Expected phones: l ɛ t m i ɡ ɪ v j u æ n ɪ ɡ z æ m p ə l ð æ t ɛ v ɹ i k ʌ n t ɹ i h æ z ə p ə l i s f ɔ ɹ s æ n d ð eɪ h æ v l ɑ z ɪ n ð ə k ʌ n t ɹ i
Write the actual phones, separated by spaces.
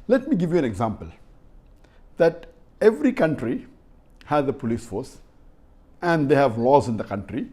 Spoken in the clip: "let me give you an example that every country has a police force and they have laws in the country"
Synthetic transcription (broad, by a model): l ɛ t m i ɡ ɪ v j u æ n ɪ ɡ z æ m p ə l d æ t ɛ v ɹ i k ʌ n t ɹ i h æ z ə p ə l i s f ɔ ɹ s æ n d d eɪ h æ v l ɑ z ɪ n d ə k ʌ n t ɹ i